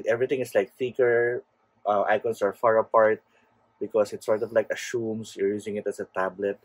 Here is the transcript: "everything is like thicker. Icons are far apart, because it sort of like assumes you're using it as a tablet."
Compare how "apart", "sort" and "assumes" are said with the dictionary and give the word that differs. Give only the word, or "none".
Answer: assumes